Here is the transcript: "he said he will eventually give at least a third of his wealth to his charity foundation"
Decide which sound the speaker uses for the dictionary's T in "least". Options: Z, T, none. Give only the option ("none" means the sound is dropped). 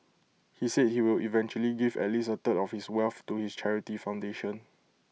none